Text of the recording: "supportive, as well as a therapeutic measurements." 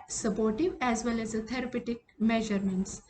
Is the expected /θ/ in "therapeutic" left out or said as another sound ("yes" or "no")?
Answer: yes